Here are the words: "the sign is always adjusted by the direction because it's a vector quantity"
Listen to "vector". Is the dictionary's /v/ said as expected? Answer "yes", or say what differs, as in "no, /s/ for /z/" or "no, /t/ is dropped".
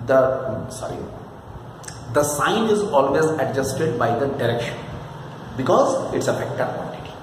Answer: no, /f/ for /v/